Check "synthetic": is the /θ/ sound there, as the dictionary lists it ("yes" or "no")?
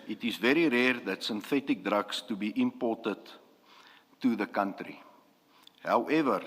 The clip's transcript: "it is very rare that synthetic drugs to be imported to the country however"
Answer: yes